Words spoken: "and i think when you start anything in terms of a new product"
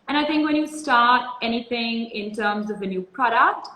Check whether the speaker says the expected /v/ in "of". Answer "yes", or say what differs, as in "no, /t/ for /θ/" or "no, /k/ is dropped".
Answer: yes